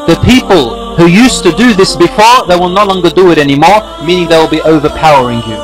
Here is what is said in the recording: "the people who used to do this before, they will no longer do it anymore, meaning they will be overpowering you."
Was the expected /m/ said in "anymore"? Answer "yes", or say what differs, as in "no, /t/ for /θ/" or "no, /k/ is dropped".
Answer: yes